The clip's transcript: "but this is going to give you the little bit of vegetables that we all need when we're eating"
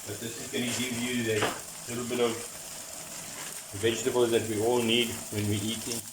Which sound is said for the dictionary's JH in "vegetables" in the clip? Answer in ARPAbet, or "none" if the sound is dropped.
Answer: JH